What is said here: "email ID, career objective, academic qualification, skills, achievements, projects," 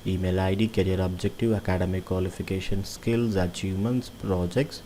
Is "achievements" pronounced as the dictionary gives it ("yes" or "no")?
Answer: no